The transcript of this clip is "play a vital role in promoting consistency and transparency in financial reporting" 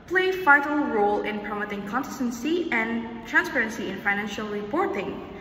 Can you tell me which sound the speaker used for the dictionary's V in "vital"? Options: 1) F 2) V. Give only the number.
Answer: 1